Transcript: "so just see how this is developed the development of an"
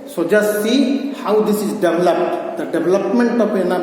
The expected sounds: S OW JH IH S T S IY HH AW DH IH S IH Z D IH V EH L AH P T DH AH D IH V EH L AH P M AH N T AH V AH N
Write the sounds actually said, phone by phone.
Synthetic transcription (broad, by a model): S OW JH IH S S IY HH AW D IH S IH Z D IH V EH L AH P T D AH D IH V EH L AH P M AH N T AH P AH N